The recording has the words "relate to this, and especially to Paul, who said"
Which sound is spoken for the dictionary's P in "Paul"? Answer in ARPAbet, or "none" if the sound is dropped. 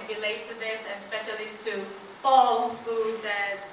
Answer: F